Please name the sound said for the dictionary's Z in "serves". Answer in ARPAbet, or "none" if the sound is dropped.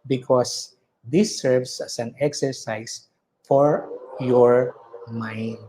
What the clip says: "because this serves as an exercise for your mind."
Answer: S